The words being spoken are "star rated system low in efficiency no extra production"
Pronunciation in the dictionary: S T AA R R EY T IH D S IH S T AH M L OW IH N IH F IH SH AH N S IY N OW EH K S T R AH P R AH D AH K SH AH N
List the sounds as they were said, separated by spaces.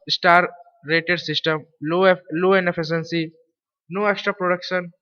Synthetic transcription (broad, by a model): S T AA R R EY T IH D S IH S T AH M L OW IH N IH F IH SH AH N S IY N OW EH K S T R AH P R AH D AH K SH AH N